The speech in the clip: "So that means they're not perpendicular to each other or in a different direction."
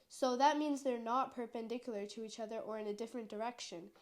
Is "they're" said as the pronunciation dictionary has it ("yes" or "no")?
yes